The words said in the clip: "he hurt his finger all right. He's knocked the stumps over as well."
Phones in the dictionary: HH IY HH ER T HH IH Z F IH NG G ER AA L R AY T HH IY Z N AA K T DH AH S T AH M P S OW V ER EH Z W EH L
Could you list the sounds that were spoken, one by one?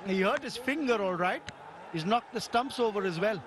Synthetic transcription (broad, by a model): HH IY HH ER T HH IH Z F IH NG G ER AA L R AY T HH IY Z N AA K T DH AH S T AH M P S OW V ER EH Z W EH L